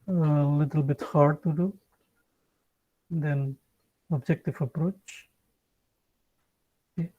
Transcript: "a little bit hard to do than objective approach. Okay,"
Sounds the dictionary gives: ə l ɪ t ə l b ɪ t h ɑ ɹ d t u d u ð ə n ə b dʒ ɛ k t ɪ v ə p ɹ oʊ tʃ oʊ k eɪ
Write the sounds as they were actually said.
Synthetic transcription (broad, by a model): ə l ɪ t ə l b ɪ t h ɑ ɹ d t u d u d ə n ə b dʒ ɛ k t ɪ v ə p ɹ oʊ tʃ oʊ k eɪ